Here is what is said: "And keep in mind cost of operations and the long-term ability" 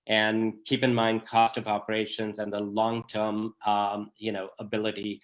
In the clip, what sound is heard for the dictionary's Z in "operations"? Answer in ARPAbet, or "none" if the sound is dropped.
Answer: Z